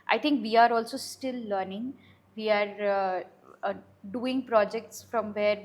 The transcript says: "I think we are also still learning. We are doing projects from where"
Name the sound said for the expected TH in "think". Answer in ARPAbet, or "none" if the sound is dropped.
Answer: T